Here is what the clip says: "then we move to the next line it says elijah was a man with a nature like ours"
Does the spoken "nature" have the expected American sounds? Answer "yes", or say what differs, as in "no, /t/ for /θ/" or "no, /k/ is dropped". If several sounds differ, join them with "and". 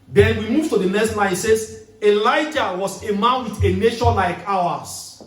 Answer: no, /ʃ/ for /tʃ/